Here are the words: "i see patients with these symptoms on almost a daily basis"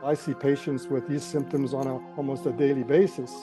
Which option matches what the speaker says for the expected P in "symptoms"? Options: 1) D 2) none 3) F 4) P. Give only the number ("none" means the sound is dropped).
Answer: 4